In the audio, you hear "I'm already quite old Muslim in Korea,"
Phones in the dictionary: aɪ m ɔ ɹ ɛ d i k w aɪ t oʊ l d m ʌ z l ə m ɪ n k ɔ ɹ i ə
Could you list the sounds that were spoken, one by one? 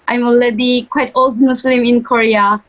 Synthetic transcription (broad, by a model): aɪ m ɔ l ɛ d i k w aɪ t oʊ l d m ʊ s l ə m ɪ n k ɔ ɹ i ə